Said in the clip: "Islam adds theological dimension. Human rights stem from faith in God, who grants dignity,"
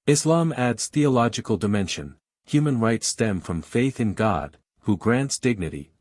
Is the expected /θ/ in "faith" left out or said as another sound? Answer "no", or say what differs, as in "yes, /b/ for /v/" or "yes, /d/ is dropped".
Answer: no